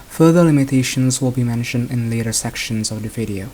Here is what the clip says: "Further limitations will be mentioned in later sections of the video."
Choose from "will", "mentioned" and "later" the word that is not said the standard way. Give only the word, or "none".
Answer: none